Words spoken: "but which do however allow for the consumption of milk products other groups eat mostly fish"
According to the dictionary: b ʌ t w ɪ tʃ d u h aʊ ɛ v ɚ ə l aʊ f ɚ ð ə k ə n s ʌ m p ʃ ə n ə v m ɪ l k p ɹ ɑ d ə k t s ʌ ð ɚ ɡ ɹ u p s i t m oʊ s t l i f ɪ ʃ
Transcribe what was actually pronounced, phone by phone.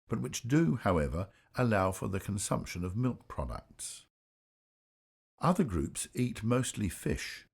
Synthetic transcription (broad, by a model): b ʌ t w ɪ tʃ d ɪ h aʊ ɛ v ɚ ə l aʊ f ɚ ð ə k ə n s ʌ m p ʃ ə n ə v m ɪ l k p ɹ ɑ d ə k t s ʌ ð ɚ ɡ ɹ u p s i t m oʊ s t l i f ɪ ʃ